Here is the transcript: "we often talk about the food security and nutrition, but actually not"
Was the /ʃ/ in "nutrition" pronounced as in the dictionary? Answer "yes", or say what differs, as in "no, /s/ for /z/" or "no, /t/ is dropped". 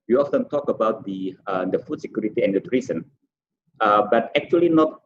no, /s/ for /ʃ/